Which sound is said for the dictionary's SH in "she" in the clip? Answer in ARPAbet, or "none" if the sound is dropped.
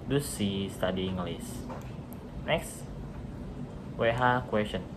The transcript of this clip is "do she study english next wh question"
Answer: S